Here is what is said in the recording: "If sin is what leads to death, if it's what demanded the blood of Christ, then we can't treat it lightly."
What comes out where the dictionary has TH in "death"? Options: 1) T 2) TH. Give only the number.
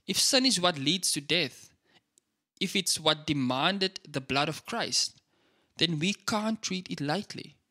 2